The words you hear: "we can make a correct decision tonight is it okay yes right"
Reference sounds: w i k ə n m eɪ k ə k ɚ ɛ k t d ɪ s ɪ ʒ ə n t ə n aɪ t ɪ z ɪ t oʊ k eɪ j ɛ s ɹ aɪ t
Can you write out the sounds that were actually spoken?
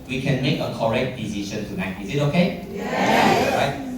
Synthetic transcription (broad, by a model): w i k ə n m eɪ k ə k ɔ ɛ k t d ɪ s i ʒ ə n t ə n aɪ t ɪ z ɪ t oʊ k eɪ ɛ ɹ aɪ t